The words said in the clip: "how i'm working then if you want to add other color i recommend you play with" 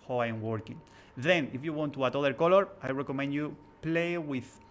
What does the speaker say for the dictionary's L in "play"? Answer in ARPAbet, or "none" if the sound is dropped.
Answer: L